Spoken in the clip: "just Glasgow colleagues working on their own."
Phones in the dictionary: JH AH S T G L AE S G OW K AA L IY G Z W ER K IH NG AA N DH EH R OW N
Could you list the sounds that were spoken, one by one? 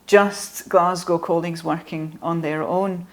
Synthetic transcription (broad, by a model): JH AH S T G L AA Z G OW K AA L IY G Z W ER K IH NG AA N DH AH R OW N